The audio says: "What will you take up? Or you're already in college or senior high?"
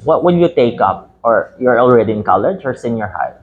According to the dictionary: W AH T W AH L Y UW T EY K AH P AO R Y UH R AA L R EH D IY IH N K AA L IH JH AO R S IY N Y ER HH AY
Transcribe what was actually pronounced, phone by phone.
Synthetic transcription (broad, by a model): W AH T W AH N Y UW T EY K AH P AO R Y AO R AA L R EH D IY IH N K AA L IH JH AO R S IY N Y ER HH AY